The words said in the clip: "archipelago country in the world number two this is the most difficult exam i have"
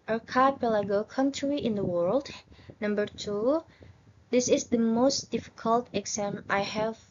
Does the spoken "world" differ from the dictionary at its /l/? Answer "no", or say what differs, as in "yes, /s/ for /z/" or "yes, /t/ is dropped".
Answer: no